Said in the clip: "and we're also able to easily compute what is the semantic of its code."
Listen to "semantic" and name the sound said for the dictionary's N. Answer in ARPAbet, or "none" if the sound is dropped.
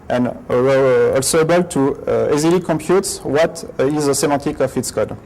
none